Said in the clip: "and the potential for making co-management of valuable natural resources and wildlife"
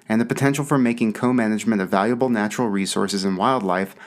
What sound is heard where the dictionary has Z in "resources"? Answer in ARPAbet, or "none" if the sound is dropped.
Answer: Z